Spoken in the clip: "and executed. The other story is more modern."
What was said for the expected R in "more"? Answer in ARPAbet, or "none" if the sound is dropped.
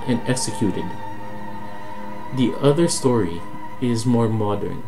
R